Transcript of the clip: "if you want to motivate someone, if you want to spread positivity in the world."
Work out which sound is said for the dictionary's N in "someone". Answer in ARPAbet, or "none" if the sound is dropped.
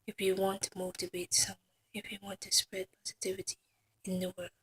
none